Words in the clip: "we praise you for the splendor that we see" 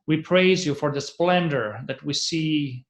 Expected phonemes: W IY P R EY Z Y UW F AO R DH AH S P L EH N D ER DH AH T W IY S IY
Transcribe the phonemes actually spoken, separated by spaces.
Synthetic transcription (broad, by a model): W IY P R EY Z Y UW F AO R DH AH S P L EH N D ER DH AH T W IY S IY